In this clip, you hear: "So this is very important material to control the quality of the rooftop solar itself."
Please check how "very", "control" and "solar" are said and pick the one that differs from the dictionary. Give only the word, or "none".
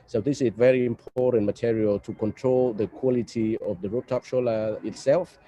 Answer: solar